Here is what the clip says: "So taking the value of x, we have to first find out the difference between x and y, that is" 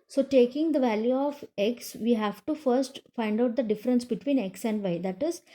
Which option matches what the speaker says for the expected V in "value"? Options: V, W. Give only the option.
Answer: V